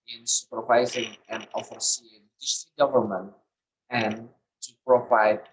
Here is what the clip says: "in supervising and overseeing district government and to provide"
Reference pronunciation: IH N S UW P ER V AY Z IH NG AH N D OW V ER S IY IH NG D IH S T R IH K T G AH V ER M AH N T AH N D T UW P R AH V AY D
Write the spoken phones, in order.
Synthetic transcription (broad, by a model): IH N S UW P ER V AY Z IH NG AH N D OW F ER S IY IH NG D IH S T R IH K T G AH V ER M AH N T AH N T UW P R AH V AY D